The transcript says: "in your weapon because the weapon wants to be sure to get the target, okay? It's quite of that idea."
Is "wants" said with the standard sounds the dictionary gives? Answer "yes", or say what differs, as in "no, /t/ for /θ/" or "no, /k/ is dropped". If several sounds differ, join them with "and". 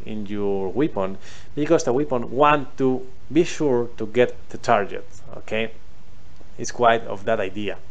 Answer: no, /s/ is dropped